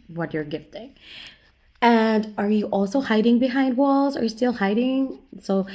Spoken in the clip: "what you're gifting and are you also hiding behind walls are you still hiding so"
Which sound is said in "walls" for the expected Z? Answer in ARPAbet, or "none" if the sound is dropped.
Z